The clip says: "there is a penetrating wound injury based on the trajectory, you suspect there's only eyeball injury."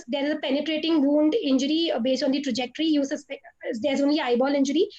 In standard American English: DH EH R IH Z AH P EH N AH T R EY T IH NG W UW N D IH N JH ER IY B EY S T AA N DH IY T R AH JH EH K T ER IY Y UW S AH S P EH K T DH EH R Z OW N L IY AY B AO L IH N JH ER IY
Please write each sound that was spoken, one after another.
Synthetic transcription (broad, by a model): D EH R IH Z AH P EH N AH T R EY T IH NG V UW N D IH N JH ER IY B EY S T AA N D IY T R AH JH EH K T ER IY Y UW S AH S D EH T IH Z OW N L IY AY B AO L IH N JH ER IY